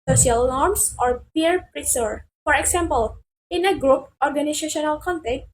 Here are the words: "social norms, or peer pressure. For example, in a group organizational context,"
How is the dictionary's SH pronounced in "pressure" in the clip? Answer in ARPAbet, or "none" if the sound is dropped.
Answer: S